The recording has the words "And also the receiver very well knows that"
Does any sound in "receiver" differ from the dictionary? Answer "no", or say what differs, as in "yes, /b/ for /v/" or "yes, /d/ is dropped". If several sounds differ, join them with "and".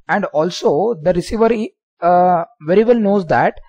no